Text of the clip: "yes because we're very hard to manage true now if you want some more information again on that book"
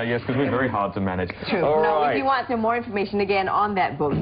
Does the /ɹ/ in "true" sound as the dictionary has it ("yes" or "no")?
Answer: no